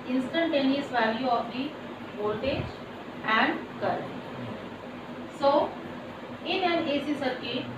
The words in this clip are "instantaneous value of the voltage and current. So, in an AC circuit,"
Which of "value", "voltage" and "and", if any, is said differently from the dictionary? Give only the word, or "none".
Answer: voltage